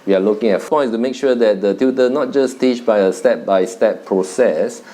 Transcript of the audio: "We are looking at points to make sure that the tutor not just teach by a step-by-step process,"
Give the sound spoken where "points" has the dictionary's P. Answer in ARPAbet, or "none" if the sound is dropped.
F